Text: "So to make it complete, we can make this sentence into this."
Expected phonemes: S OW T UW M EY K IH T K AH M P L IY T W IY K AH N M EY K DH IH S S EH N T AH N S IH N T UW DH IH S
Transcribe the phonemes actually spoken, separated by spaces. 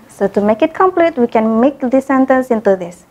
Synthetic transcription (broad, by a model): S OW T UW M EY K IH T K AH M P L IY T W IY K AH N M EY K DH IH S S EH N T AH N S IH N T UW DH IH S